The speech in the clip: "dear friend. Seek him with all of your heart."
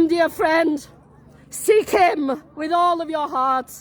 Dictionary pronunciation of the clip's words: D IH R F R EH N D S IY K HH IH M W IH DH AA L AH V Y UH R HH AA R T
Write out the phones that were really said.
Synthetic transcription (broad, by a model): D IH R F R EH N D S IY K HH IH M W IH DH AA L AH V Y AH R HH AA R T